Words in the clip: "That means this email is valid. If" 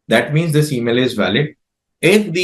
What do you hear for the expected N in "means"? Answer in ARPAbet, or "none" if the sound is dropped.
N